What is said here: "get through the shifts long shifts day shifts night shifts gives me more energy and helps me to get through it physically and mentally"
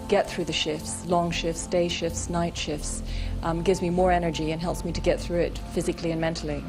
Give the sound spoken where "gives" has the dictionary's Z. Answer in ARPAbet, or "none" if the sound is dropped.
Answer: Z